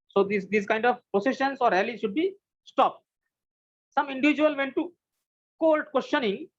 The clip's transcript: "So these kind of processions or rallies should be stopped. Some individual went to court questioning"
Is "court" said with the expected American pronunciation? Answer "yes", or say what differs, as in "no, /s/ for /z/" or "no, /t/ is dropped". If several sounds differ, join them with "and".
no, /l/ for /ɹ/